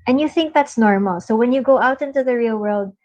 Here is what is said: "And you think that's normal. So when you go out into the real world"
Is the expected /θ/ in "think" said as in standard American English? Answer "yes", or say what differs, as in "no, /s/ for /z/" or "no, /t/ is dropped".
yes